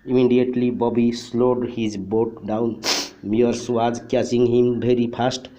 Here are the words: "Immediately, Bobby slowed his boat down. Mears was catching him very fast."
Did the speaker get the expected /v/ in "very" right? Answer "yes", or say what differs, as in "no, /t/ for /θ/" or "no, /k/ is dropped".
no, /b/ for /v/